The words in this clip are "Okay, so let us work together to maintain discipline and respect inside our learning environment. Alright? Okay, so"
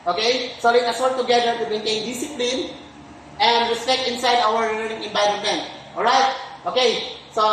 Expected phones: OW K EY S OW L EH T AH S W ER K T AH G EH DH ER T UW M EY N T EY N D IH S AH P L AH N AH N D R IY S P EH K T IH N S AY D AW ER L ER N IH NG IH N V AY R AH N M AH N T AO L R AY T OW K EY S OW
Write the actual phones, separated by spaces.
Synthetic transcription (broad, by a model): OW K EY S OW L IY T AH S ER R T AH G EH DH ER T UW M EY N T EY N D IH S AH P L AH N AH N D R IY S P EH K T IH N S AY D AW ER N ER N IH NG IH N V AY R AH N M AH N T AO L R AY T OW K EY S OW